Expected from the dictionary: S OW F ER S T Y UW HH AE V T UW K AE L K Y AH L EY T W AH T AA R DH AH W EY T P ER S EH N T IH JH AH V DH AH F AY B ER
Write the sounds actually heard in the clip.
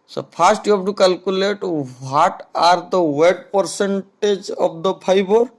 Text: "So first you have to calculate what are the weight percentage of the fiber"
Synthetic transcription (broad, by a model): S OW P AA S T Y UW HH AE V T UW K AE L K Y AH L EY T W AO T AA R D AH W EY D P ER S EH N T IH JH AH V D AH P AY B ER